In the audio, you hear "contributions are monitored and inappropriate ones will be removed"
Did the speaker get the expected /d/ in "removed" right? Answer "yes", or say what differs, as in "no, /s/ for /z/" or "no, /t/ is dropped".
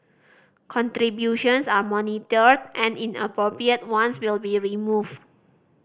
no, /d/ is dropped